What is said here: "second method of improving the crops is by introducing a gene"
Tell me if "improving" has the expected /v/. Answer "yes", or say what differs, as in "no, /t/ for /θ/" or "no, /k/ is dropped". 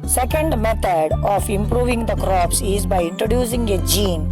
yes